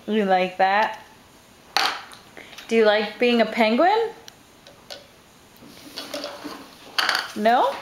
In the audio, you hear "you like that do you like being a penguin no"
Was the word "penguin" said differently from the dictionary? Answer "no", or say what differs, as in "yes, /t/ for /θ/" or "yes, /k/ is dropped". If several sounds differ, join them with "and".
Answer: no